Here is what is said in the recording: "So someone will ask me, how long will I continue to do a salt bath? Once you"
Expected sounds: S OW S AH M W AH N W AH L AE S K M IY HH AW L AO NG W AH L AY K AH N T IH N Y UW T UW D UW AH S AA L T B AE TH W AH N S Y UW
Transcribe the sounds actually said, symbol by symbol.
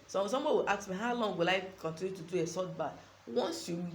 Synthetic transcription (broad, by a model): S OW S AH M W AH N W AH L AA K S M IY HH AW L AO NG W AH L AY K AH N T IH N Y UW T UW D UW AH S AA T B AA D W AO N S Y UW